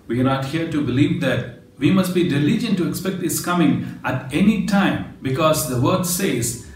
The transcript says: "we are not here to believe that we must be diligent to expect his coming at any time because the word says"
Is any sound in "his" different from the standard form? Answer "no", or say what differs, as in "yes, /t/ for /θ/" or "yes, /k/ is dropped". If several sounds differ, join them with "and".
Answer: yes, /s/ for /z/